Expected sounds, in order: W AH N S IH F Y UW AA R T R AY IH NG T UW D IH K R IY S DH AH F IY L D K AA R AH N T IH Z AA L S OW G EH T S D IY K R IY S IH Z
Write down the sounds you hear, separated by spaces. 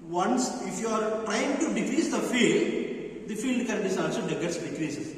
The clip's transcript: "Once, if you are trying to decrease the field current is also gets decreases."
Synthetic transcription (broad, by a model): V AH N S IH F Y UW AA R T R AY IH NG T UW D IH K R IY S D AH F IY L D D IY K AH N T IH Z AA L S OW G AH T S D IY K R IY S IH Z